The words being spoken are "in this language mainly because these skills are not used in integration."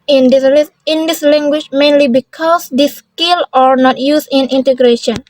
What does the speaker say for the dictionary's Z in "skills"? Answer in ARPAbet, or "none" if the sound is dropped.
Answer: none